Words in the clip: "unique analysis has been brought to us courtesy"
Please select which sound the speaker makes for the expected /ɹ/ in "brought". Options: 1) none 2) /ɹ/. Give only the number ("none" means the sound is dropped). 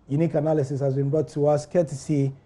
1